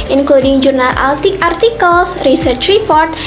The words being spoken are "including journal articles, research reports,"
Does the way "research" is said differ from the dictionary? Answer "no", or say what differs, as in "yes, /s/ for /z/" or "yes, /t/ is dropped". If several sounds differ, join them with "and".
no